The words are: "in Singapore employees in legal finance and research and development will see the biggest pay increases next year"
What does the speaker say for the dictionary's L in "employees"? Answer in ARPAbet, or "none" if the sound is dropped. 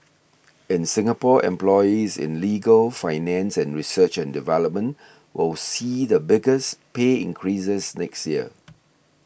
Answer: L